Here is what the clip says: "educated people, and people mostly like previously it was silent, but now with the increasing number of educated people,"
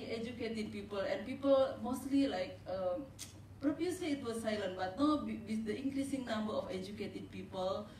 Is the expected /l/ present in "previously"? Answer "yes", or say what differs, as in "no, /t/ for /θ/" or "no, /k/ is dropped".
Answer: no, /l/ is dropped